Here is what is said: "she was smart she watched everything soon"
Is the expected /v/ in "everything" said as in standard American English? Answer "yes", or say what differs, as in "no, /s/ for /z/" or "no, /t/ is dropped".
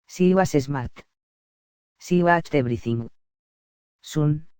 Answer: no, /b/ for /v/